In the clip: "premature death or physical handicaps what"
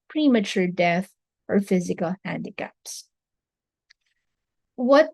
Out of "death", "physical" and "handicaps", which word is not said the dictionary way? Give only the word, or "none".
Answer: none